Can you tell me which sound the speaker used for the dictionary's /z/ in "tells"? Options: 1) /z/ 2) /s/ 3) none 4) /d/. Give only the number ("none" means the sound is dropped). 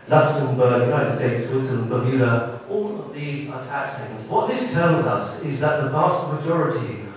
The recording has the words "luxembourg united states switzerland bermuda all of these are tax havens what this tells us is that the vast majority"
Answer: 1